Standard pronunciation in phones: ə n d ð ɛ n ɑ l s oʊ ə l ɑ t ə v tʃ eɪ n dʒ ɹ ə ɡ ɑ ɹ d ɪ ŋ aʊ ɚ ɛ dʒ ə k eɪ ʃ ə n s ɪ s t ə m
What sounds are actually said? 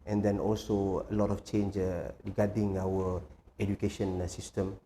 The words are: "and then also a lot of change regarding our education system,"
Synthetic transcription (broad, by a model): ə n d ɛ n ɑ l s oʊ ə l ɑ t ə f tʃ eɪ n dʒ ɹ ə ɡ ɑ d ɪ ŋ aʊ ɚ ɛ dʒ ə k eɪ ʃ ə n s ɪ s t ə m